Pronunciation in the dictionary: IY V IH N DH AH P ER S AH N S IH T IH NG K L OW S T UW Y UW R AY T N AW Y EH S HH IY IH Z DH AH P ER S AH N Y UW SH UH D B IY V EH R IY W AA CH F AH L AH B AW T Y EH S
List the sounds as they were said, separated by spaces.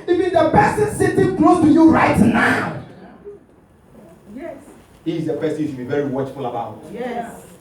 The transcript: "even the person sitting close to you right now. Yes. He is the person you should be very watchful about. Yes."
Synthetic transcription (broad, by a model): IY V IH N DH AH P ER S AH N S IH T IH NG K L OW T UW Y UW R AY T N AW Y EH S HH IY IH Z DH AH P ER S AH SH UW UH B IY V EH R IY W AA CH F AH L AH B AW T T